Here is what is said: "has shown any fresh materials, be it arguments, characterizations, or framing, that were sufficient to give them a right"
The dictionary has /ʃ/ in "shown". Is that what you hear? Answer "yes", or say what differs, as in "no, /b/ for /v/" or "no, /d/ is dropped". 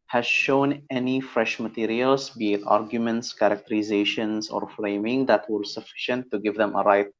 yes